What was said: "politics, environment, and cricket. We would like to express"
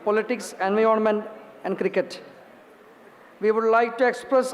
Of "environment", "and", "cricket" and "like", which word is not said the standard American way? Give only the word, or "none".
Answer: environment